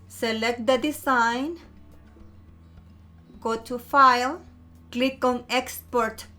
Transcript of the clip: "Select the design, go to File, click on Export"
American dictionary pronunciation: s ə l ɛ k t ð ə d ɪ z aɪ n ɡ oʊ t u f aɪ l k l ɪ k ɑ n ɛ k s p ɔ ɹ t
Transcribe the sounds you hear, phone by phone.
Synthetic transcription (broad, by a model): s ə l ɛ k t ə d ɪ s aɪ n ɡ oʊ t u f aɪ l k l ɪ k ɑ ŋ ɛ k s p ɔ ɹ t